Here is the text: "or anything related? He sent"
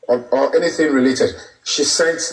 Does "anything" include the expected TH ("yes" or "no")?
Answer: yes